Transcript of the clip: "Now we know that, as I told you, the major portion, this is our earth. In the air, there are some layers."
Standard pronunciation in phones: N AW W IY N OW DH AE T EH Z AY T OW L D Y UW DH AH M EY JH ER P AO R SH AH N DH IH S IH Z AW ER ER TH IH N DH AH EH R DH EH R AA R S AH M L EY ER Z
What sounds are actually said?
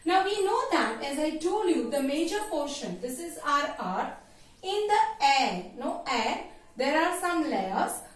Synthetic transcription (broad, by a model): N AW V IY N OW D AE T EH Z AY T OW L Y UW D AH M EY JH ER P AO R SH AH N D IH S IH Z AW ER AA T IH N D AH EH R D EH R AA R S AH M L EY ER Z